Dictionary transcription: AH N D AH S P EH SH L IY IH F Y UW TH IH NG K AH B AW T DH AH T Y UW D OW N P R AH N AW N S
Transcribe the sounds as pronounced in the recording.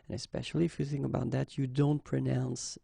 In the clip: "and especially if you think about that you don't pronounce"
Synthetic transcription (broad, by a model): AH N AH S P EH SH L IY IH F Y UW TH IH NG K AH B AW T DH AH T Y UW D OW N P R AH N AW N S